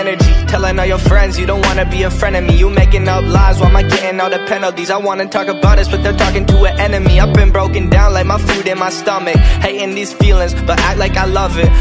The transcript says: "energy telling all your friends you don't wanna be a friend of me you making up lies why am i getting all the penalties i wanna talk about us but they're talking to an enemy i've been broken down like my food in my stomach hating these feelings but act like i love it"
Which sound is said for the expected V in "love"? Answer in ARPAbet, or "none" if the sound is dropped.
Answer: V